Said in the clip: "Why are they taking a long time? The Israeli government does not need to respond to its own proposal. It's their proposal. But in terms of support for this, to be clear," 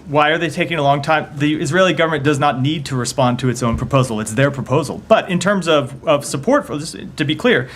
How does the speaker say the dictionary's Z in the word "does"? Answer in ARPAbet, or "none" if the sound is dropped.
Z